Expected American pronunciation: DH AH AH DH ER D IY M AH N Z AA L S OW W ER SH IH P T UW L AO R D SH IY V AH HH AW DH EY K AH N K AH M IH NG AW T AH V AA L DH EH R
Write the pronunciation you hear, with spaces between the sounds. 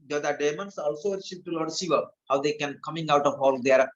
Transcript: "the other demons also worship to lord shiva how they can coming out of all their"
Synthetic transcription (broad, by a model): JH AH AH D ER D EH M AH N S AA L S OW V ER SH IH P T UW L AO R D S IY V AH HH AW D EY K AH N K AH M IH NG AW T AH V AA L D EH R